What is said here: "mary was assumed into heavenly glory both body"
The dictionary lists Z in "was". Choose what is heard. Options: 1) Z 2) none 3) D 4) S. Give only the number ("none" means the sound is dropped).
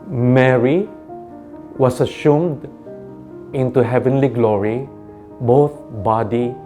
4